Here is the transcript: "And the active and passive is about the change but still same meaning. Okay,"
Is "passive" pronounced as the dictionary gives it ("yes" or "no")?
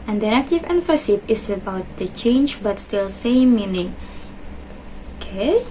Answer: no